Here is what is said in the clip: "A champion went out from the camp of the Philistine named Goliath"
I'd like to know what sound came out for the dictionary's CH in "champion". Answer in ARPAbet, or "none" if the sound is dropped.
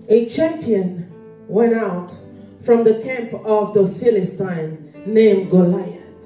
CH